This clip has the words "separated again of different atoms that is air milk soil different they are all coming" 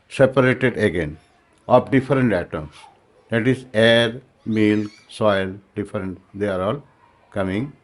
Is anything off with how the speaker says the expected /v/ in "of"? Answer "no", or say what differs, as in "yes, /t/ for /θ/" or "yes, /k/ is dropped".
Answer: yes, /p/ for /v/